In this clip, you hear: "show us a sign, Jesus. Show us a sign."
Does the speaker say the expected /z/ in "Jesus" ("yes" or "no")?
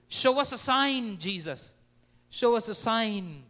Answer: yes